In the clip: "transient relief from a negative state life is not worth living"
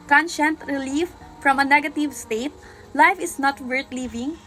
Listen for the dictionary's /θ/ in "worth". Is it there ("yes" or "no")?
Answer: no